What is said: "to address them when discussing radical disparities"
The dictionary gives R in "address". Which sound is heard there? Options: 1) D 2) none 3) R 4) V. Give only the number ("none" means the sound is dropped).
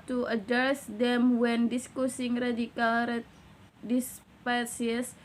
2